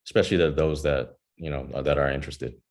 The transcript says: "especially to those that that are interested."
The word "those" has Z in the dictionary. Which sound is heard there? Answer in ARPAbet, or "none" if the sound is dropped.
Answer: Z